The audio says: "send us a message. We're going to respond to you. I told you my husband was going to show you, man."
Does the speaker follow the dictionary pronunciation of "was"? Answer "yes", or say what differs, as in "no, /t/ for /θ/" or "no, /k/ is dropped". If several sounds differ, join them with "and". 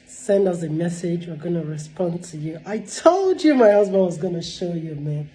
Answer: yes